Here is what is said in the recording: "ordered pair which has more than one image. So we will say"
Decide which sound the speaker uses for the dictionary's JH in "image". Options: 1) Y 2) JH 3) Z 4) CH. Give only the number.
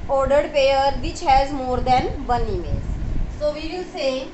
3